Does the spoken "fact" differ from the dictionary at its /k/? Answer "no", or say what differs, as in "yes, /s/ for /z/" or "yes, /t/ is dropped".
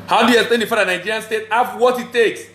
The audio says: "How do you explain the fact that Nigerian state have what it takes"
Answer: yes, /k/ is dropped